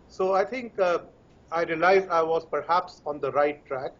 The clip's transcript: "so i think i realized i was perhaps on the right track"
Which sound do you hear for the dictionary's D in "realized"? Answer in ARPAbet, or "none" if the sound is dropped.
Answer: none